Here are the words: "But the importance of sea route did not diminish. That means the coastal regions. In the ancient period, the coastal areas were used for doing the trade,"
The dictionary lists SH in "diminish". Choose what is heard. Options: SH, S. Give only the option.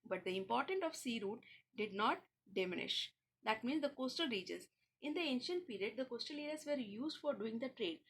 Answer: SH